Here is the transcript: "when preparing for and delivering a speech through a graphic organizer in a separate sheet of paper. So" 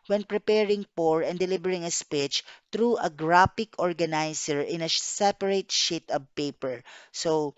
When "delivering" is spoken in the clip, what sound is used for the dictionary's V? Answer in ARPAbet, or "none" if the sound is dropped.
B